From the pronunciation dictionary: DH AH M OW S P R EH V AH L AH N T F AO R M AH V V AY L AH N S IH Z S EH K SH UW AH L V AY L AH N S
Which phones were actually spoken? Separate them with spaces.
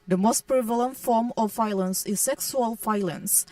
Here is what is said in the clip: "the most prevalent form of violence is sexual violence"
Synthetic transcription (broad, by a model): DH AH M OW S P R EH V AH L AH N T F AO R M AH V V AY L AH N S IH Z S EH K S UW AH L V AY L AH N S